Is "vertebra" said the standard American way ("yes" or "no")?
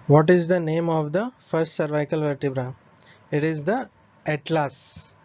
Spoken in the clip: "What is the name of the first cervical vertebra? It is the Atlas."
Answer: yes